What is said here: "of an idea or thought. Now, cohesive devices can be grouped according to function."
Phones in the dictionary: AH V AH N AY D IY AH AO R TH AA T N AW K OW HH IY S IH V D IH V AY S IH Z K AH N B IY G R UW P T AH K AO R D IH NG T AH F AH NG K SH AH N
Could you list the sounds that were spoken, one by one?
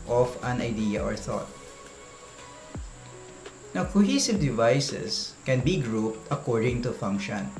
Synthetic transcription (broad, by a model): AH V AH N AY D IY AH AO R TH AA T N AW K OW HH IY S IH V D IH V AY S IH S K AH N B IY G R UW P T AH K AO R D IH NG T AH F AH NG K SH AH N